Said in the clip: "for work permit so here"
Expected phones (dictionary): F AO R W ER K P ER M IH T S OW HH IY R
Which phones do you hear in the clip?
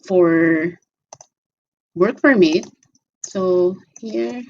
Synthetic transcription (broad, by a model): F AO R W ER K F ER M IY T S OW HH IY R